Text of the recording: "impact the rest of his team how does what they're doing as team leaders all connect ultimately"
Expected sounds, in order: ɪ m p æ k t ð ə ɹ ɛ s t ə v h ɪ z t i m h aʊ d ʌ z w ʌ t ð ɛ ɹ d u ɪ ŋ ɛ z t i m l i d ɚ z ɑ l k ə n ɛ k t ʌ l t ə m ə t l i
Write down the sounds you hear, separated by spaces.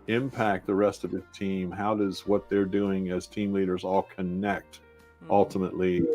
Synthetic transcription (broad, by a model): ɪ m p æ k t ð ə ɹ ɛ s t ə v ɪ t i m h aʊ d ʌ z w ʌ t ð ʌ ɹ d u ɪ ŋ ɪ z t i m l i d ɚ z ɑ l k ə n ɛ k t ʌ l t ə m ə t l i